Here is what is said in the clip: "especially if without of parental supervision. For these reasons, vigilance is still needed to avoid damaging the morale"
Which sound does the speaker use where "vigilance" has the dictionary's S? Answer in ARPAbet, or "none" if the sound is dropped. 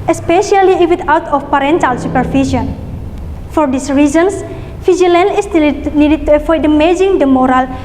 none